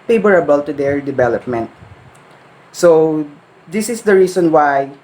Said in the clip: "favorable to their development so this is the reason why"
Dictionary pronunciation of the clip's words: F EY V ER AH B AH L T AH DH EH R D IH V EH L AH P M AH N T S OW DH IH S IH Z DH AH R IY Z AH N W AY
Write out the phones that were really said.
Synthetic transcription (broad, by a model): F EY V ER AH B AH L T AH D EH R D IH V EH L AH P M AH N T S OW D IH S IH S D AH R IY S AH N W AY